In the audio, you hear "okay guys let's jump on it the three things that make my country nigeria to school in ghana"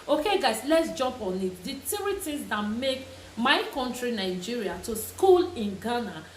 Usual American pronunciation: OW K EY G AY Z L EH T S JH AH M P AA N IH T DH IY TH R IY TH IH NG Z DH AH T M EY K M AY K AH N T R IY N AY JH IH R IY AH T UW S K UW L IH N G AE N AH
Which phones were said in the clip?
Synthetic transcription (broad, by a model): OW K EY G AY S L EH T S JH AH M P AA N IH T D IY T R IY T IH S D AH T M EY K M AY K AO N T R IY N AY JH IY R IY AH T UW S K UW L IH N G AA N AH